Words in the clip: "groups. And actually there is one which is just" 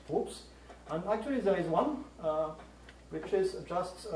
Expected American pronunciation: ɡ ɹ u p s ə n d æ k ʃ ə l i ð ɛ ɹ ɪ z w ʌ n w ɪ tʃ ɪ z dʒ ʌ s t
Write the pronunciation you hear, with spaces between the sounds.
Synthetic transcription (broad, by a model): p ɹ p s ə n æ k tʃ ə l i ð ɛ ɹ ɪ z w ʌ n w ɪ tʃ ɪ z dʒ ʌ s t